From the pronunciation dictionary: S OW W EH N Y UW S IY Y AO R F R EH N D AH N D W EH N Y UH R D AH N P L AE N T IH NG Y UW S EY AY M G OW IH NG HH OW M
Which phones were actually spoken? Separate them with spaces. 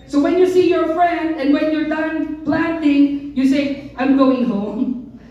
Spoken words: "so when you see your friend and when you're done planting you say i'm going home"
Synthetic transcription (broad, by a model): S OW W EH N Y UW S IY Y AO R F R EH N D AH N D W EH N Y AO R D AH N P L AE N T IH NG Y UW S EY AY M G OW IH NG HH OW M